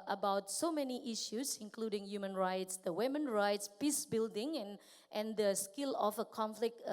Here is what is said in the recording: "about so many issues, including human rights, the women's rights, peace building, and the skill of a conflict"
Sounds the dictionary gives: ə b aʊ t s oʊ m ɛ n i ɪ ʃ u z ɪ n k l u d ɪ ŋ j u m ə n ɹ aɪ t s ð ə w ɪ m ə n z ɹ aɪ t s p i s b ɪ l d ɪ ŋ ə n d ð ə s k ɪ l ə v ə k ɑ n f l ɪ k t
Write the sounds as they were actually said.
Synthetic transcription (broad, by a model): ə b aʊ t s oʊ m ɛ n i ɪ ʃ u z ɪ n k l u d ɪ ŋ j u m ə n ɹ aɪ t s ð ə w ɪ m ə n ɹ aɪ t s p i s b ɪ l d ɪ ŋ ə n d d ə s k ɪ l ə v ə k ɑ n f l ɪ k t